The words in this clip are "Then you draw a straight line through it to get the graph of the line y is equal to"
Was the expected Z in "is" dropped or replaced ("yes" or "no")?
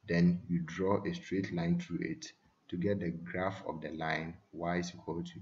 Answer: yes